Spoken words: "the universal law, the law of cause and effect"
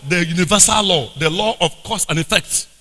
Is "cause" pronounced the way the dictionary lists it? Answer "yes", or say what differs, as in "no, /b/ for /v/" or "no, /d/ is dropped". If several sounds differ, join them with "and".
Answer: no, /s/ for /z/